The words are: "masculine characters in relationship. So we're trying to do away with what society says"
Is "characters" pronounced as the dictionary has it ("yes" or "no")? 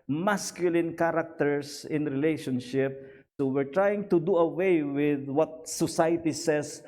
no